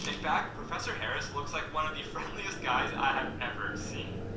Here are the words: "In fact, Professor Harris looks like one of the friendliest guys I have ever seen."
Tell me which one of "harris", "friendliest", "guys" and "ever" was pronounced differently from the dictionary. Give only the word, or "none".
none